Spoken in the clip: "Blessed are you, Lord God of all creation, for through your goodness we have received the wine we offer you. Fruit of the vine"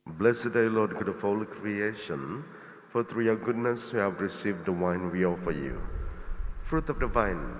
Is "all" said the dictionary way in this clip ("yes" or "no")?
yes